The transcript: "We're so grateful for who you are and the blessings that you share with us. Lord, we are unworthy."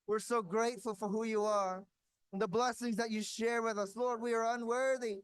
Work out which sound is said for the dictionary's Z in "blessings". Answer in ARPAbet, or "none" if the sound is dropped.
Z